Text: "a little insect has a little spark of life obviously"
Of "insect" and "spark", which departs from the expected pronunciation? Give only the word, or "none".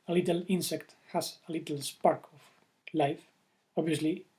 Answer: none